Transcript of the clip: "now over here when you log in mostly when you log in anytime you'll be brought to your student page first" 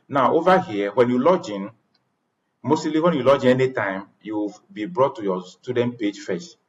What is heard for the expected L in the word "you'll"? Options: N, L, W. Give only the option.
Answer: W